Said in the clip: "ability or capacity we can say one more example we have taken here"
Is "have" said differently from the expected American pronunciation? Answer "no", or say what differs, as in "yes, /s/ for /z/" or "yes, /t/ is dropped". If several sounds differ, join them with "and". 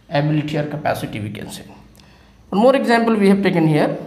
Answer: yes, /b/ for /v/